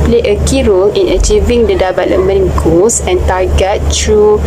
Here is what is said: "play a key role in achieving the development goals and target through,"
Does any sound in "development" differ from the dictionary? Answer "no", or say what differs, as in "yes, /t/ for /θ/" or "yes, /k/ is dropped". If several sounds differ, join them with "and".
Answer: yes, /p/ is dropped